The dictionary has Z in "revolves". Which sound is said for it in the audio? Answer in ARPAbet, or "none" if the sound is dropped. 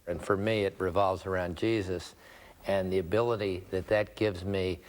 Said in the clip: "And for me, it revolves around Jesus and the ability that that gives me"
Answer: Z